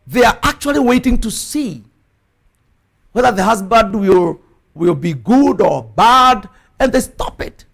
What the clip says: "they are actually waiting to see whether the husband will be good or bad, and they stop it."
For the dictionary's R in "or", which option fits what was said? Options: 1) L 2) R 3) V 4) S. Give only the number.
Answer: 2